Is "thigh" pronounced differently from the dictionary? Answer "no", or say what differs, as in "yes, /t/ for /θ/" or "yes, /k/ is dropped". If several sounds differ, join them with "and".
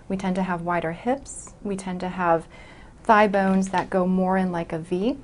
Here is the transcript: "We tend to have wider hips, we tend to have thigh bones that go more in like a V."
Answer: no